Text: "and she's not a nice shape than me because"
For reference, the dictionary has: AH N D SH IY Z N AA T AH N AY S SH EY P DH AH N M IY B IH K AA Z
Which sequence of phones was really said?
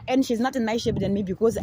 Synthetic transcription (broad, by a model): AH N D SH IY Z N AA T AH N AY S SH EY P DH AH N M IY B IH K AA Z